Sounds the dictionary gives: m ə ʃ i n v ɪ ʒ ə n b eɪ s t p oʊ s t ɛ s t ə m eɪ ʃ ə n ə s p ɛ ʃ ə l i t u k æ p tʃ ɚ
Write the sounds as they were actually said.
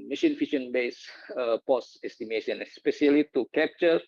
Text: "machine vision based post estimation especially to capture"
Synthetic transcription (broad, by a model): m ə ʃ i n f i ʃ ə n b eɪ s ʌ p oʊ s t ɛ s t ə m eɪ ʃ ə n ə s p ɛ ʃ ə l i t u k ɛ p tʃ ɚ